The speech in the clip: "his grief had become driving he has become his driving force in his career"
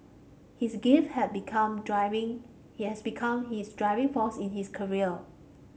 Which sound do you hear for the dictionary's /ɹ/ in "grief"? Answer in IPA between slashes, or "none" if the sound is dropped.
none